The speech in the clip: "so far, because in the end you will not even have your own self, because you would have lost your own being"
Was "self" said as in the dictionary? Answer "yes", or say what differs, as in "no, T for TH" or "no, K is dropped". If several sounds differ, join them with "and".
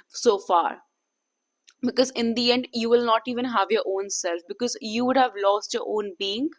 yes